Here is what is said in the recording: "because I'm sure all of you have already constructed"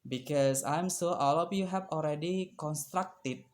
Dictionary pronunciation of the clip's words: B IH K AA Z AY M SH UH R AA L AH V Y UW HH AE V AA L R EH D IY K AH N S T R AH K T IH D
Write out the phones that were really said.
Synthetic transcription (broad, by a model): B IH K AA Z AY M S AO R AA L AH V Y UW HH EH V AA L R EH D IY K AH N S T R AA K T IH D